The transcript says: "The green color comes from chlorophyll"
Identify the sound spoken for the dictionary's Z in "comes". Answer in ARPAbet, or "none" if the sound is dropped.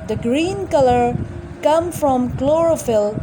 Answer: none